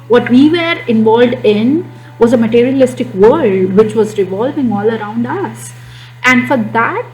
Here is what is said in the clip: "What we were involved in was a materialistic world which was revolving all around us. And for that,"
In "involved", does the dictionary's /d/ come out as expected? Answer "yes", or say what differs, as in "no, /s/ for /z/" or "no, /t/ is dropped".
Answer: yes